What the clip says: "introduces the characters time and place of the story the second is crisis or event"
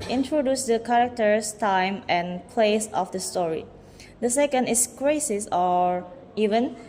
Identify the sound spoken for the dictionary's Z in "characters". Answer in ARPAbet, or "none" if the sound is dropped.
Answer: S